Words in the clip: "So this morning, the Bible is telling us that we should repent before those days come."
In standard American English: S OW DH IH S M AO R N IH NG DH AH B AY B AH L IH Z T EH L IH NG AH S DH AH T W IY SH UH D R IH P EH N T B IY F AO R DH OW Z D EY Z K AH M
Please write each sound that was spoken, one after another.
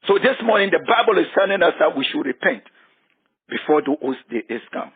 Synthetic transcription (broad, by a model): S OW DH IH S M AO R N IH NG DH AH B AY B AH L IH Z S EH N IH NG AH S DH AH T W IY SH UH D R IH P EH N T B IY F AO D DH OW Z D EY S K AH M